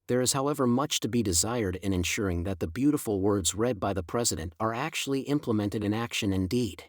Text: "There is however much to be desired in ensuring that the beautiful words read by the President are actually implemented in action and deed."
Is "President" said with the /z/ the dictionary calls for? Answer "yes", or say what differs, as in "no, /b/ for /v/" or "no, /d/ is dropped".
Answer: yes